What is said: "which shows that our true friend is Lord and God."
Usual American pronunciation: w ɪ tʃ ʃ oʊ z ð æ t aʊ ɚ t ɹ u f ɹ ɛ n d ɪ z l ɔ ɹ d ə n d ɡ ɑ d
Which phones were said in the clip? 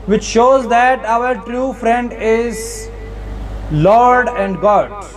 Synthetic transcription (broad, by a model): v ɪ tʃ ʃ oʊ z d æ t aʊ ɚ t ɹ u f ɹ ɛ n d ɪ z l ɔ ɹ d ə n d ɡ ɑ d